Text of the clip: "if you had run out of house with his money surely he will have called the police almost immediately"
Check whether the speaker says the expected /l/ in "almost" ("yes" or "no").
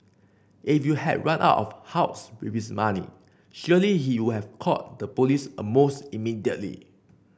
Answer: no